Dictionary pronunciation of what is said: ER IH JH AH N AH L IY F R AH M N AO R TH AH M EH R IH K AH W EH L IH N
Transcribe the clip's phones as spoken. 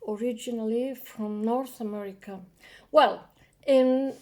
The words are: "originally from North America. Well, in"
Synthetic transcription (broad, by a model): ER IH JH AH N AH L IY F R AH M N AO R TH AH M EH R IH K AH W EH L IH N